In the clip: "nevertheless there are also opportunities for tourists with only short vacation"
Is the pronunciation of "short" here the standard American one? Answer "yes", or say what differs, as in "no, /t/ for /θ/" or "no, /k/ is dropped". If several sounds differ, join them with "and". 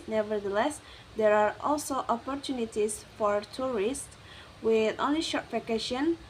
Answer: yes